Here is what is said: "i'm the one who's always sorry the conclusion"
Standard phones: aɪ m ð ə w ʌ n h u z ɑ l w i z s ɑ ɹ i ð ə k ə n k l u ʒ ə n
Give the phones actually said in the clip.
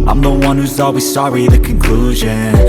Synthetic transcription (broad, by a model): aɪ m ð ə w ʌ n h u z ɑ l w i z s ɑ ɹ i ð ə k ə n k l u ʒ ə n